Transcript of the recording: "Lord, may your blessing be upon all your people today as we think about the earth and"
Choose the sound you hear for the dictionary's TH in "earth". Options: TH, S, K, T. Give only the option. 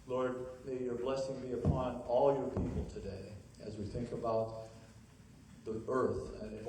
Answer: TH